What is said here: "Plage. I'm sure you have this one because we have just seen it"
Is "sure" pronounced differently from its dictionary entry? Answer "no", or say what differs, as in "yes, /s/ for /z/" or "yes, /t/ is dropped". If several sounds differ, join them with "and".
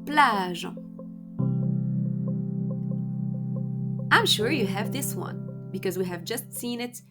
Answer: no